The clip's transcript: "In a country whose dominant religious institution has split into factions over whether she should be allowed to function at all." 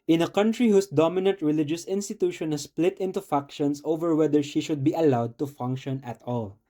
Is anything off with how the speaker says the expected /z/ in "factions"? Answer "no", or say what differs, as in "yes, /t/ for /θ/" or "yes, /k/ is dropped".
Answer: yes, /s/ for /z/